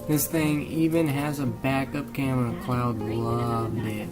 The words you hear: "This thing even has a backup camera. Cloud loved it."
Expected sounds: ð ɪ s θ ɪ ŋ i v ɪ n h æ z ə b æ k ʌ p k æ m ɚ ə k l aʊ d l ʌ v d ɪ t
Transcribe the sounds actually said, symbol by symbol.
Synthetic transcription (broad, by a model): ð ɪ s θ ɪ ŋ i v ɪ n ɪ z ə b æ k ʌ p k æ m ɚ ə k l aʊ d l ʌ v d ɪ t